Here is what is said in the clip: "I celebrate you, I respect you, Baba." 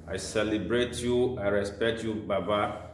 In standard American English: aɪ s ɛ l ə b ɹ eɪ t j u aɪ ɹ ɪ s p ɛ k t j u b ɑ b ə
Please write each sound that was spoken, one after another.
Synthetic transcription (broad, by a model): aɪ s ɛ l ə b ɹ eɪ t j u aɪ ɹ ɪ s p ɛ k t j u b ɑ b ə